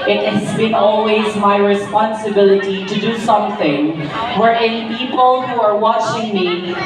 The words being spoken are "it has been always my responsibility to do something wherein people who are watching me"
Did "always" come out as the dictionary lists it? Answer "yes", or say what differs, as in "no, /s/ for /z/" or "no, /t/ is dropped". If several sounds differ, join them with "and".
yes